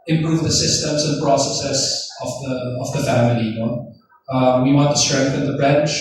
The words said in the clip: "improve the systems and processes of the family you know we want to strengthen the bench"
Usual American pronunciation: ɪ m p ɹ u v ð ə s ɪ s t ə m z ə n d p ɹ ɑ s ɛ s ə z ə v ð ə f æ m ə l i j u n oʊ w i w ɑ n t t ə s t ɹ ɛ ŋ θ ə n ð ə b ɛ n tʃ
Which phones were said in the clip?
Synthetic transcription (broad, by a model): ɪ m p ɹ u v ð ə s ɪ s t ə m z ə n p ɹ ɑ s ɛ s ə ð ə v ð ə f æ m ə l i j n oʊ w i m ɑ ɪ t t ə s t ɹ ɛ ŋ θ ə n ð ə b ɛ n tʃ